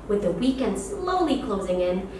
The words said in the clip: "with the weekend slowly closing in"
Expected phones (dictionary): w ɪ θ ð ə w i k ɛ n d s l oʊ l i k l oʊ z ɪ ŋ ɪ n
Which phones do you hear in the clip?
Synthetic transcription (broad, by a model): w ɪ ð ə w i k ɛ n d s l oʊ l i k l oʊ z ɪ ŋ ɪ n